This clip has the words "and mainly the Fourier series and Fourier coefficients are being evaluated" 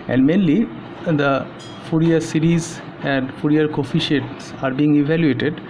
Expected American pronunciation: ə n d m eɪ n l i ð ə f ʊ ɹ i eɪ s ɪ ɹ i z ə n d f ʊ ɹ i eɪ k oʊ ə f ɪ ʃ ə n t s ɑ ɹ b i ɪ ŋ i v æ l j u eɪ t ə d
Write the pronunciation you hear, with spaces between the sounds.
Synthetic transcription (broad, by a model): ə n d m eɪ n l i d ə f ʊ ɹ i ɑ s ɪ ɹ i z ə n d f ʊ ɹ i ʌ k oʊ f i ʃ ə t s ɑ ɹ b i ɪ ŋ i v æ l j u eɪ t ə d